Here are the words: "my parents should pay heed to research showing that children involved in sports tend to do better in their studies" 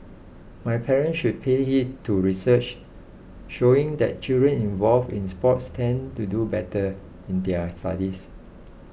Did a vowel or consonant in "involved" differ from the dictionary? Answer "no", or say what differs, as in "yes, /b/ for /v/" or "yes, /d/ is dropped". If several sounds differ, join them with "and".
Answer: yes, /d/ is dropped